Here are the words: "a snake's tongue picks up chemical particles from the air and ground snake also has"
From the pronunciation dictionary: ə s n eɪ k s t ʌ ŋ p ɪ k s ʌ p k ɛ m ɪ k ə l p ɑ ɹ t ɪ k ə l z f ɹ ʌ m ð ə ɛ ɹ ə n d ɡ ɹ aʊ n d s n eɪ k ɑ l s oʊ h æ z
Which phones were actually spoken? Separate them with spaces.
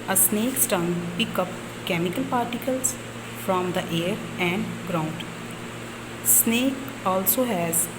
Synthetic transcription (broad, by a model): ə s n eɪ k s t ʌ ŋ p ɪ k ʌ p k ɛ m ɪ k ə l p ɑ ɹ t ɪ k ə l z f ɹ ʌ m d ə ɛ ɹ ə n d ɡ ɹ aʊ n d s n eɪ k ɑ l s oʊ h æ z